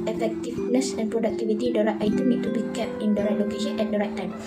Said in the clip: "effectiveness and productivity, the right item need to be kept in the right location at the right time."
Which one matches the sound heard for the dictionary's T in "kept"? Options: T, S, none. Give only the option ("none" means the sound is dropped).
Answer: none